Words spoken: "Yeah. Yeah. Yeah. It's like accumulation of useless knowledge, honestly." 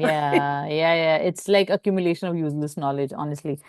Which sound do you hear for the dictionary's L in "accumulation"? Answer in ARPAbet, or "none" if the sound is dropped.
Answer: L